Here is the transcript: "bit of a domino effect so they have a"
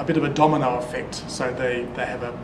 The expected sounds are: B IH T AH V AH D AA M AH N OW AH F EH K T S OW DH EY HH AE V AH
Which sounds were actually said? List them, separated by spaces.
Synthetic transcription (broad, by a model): B IH T AH V AH D AA M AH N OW AH F EH K T S OW DH EY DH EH V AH